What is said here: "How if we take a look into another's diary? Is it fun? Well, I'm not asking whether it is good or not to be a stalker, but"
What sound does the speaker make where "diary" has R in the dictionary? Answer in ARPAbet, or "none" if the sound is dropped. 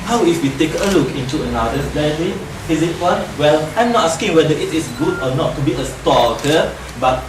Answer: L